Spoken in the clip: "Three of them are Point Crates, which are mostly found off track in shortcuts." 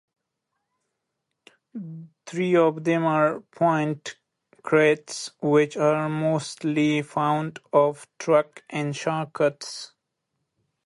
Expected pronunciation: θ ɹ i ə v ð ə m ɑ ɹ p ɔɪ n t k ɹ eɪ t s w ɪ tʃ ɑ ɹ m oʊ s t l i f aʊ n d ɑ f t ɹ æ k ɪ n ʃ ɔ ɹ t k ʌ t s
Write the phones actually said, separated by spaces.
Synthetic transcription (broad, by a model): t ɹ i ə v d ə m ɑ ɹ p ɔɪ n t k ɹ eɪ t s w ɪ tʃ ɑ ɹ m oʊ s t l i f aʊ n d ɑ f t ɹ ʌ k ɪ n ʃ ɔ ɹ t k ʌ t s